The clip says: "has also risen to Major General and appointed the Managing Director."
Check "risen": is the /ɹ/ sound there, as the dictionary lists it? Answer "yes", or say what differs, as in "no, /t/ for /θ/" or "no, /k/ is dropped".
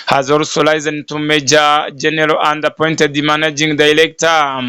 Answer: no, /l/ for /ɹ/